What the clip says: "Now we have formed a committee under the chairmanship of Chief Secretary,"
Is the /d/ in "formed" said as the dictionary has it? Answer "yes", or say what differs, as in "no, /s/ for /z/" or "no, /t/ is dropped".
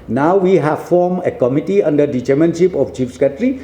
no, /d/ is dropped